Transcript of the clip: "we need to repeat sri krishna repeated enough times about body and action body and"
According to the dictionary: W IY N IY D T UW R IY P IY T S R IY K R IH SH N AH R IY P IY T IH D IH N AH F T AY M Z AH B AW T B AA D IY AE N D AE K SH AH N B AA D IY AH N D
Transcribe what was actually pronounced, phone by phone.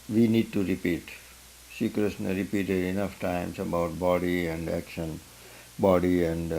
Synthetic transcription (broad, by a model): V IY N IY D T UW R IY P IY T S IY K R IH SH N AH R IY P IY T IH D IH N AH F T AY M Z AH B AW T B AA D IY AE N D AE K SH AH N B AA D IY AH N D